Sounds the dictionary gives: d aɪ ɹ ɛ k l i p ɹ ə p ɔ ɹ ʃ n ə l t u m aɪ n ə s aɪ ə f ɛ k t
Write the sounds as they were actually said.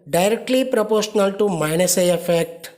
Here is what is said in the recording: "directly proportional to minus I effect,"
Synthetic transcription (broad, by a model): d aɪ ɹ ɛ k l i p ɹ ə p ɔ ɹ ʃ n ə l t u m aɪ n ə s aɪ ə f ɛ k t